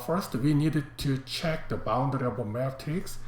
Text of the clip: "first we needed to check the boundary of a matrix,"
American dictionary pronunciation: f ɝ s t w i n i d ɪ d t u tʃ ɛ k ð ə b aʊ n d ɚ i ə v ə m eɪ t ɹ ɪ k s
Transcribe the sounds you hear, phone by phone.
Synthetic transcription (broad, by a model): f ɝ s t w i n i d ɪ d t u tʃ ɛ k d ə b aʊ n d ɚ i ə b ə m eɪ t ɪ k s